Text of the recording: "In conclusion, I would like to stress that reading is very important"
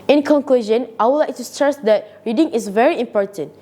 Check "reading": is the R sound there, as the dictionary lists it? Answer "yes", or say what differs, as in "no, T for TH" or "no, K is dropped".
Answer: yes